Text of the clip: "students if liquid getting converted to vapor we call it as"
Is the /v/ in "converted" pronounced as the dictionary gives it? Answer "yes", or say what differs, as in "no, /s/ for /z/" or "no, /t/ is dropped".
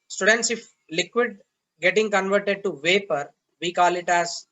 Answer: yes